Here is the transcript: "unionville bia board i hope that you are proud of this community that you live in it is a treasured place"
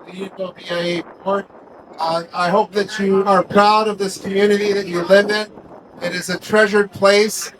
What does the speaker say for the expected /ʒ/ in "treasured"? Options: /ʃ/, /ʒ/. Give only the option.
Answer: /ʒ/